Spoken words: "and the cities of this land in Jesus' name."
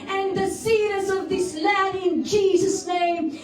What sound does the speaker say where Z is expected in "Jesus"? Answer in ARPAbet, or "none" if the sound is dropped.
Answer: Z